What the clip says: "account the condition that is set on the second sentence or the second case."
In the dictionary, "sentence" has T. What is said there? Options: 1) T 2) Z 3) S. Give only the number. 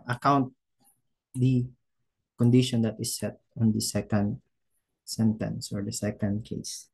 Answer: 1